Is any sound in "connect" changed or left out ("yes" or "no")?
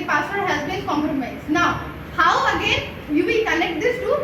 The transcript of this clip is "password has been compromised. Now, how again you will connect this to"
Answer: yes